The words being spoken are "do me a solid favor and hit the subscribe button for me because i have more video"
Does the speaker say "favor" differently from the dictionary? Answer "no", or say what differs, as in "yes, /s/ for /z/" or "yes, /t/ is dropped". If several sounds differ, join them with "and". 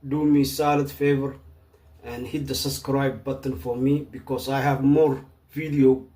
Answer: no